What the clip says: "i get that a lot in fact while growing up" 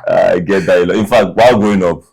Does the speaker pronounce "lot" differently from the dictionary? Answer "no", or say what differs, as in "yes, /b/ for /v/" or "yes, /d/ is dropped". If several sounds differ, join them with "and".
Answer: yes, /t/ is dropped